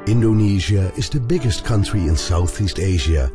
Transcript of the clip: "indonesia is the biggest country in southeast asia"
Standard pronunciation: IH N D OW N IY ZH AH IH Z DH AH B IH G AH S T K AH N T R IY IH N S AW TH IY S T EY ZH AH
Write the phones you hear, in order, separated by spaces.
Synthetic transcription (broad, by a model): IH N D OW N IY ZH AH IH Z DH AH B IH G AH S T K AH N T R IY IH N S AW TH IY S T EY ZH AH